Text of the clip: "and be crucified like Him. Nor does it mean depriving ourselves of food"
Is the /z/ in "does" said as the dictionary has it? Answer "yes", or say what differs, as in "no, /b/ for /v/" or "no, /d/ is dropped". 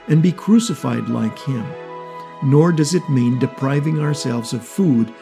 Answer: yes